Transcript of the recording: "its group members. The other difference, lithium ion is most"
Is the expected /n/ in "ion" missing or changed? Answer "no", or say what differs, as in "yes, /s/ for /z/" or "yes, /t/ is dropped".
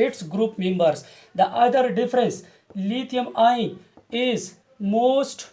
yes, /n/ is dropped